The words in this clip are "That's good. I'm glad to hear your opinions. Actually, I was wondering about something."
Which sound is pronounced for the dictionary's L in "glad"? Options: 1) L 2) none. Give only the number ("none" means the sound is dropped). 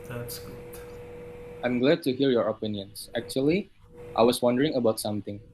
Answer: 1